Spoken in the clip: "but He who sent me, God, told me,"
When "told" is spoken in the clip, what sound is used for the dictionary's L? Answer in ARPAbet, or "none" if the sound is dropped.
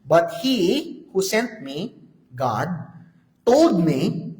none